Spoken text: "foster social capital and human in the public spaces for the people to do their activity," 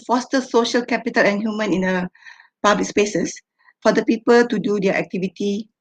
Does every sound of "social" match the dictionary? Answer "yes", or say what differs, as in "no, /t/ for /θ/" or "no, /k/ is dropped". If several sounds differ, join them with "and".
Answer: yes